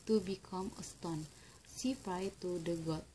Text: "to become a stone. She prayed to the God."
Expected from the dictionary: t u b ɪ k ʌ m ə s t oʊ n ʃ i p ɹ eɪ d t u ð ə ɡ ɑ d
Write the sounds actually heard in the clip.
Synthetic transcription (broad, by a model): t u b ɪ k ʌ m ə s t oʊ n s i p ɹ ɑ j t u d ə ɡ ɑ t